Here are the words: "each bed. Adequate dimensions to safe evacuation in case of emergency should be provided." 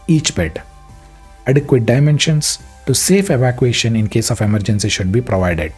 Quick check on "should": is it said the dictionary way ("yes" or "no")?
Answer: yes